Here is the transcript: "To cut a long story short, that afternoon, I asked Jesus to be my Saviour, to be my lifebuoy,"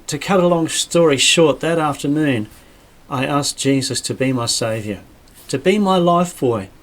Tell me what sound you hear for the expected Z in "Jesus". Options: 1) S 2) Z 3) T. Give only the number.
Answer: 2